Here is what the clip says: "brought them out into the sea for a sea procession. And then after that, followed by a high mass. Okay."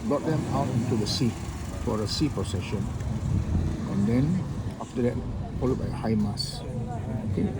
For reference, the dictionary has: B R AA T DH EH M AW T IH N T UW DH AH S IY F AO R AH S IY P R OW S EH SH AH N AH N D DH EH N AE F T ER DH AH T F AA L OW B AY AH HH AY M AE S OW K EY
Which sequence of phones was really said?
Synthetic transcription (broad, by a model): B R AA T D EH M AW T IH N T UW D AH S IY F AO R AH S IY P R OW S EH SH AH N AH N D EH N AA F T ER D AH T F AA L OW B AY AH HH AY M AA S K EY